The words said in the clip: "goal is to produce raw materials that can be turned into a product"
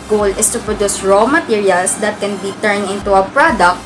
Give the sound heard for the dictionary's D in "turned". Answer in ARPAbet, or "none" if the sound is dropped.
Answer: none